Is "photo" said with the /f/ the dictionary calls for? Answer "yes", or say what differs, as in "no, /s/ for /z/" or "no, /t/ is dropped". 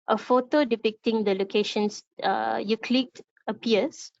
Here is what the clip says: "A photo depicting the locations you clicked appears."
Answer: yes